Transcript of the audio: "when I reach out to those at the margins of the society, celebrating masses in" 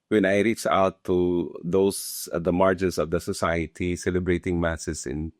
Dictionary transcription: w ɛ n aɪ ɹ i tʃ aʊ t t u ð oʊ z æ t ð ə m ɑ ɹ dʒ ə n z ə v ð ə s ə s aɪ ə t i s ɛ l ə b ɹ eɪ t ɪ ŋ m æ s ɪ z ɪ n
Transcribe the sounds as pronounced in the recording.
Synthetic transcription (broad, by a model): w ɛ n aɪ ɹ i tʃ aʊ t t u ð oʊ ʊ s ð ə m ɑ ɹ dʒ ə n s ə v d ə s ə s aɪ ə t i s ɛ l ə b ɹ eɪ t ɪ ŋ m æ s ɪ s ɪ n